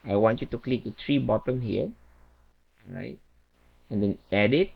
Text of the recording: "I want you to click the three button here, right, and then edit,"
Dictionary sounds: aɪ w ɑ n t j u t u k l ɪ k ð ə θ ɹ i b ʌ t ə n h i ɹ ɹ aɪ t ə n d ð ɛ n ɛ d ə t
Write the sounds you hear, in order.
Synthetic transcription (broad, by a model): aɪ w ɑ n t j u t u k l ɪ k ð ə t ɹ i b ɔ t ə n h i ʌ ɹ aɪ t ə n d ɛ n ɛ d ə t